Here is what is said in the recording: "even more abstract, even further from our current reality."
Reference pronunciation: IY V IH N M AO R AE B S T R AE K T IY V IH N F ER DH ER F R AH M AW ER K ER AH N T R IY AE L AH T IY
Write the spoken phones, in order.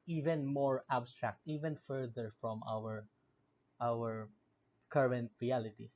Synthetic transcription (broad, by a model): IY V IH N M AO R AE B S T R AE K T IY V IH N F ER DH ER F R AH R AW ER K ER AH N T R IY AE L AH T IY